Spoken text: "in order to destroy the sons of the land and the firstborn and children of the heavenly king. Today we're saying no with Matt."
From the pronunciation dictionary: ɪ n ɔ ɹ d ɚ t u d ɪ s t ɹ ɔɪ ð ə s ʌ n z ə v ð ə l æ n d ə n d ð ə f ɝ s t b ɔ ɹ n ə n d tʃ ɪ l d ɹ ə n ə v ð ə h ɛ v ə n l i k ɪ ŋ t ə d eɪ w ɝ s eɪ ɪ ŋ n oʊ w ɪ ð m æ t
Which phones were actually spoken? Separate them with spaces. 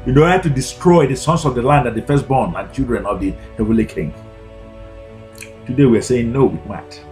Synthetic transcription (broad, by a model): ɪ n ɔ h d t u d ɪ s t ɹ ɔɪ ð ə s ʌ n s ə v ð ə l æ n d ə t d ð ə f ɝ s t b ɔ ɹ n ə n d tʃ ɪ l d ɹ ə n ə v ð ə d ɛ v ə l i k ɪ ŋ t ə d eɪ w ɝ s eɪ ɪ ŋ n oʊ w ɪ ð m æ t